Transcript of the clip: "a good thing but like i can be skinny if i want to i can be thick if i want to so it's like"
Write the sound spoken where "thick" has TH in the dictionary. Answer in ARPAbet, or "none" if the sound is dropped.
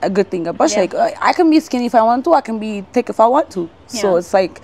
T